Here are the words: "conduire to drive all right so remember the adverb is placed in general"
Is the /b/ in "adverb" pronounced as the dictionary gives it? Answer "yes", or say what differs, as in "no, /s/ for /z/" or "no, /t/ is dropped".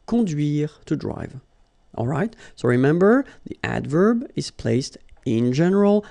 yes